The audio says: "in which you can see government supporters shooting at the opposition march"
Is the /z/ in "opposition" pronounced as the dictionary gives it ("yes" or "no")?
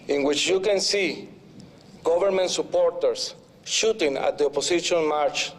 no